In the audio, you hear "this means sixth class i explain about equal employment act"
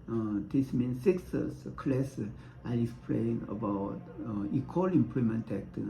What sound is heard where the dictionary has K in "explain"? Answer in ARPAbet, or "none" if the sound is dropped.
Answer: none